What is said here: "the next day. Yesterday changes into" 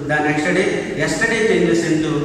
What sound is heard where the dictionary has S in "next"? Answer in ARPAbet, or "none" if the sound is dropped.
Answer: SH